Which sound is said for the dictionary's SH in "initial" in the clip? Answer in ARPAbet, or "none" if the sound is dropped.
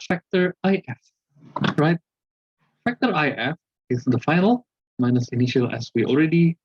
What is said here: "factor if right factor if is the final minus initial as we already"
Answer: SH